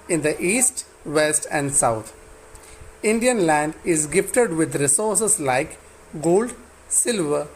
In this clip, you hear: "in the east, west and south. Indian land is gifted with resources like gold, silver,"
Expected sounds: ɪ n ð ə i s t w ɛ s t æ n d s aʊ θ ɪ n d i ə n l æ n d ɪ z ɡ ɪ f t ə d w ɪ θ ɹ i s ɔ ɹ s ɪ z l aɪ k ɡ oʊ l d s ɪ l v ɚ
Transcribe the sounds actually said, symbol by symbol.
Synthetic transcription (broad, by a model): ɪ n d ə i s t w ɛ s t æ n d s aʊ t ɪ n d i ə n l æ n d ɪ z ɡ ɪ f t ə d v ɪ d ɹ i s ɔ ɹ s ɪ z l aɪ k ɡ oʊ l d s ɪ l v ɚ